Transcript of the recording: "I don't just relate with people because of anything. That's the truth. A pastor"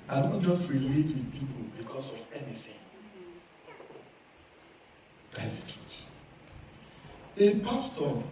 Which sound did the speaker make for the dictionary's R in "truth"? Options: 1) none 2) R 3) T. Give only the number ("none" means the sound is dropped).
1